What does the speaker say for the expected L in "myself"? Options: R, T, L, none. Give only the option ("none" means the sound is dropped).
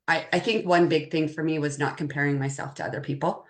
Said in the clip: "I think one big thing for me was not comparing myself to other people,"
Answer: L